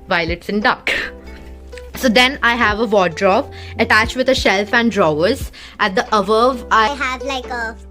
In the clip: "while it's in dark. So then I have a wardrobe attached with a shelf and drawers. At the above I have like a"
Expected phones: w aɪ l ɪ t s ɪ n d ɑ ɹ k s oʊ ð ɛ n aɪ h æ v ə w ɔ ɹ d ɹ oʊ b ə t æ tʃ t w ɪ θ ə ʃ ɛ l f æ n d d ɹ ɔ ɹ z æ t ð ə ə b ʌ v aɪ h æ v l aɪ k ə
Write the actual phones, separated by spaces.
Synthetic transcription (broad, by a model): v aɪ l ɪ t s ɪ n d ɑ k s oʊ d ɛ n aɪ h æ v ə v ɔ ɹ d ɹ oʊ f ə t æ tʃ t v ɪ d ə ʃ ɛ l f æ n d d ɹ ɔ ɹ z æ t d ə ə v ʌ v aɪ h æ v l aɪ k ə